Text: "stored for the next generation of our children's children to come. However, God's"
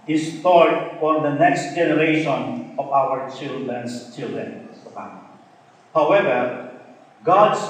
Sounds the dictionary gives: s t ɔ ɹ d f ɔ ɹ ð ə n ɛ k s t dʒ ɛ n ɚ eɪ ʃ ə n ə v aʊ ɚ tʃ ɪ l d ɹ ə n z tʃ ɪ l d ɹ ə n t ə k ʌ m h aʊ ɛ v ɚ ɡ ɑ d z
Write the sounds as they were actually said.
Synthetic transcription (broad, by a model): s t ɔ ɹ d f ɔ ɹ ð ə n ɛ k s t dʒ ɛ n ɚ eɪ ʃ ə n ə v aʊ ɚ tʃ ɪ l d ɹ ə n s tʃ ɪ l d ɹ ə n s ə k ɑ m h aʊ ɛ v ɚ ɡ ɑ d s